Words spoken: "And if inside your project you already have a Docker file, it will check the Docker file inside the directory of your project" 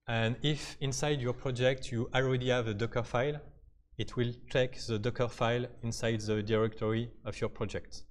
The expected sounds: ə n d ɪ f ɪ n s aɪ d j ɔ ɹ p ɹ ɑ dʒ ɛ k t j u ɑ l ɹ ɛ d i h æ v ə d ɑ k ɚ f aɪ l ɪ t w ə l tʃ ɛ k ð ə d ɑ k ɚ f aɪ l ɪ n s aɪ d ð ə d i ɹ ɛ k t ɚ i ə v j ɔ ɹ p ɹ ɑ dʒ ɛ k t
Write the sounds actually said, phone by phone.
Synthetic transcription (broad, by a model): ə n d ɪ f ɪ n s aɪ d j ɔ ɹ p ɹ ɑ dʒ ɛ k t j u ɑ l ɹ ɛ d i h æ v ə d ɑ k ɚ f aɪ l ɪ t w ə l tʃ ɛ k ð ə d ɑ k ɚ f aɪ l ɪ n s aɪ d ð ə d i ɹ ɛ k t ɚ i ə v j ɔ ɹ p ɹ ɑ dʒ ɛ k t